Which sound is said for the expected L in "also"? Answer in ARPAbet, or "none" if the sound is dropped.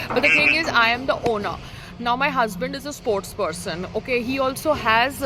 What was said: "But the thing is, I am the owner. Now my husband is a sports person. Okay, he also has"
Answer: L